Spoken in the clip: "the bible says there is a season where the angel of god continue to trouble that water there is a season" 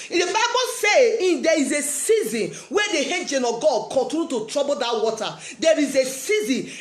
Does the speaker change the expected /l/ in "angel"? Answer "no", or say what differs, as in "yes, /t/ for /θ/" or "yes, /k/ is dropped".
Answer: yes, /n/ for /l/